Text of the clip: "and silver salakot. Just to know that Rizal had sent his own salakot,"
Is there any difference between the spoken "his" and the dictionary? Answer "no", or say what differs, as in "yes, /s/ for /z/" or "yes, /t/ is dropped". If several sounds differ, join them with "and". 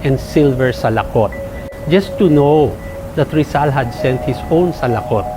yes, /s/ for /z/